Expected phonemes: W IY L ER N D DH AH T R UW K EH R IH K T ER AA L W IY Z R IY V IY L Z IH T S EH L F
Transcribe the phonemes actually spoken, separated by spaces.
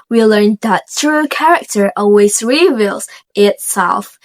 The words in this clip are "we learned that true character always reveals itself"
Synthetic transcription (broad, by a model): W IY L ER N DH AH T R UW K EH R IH K T ER AA L W IY Z R IY V IY L Z IH T S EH L F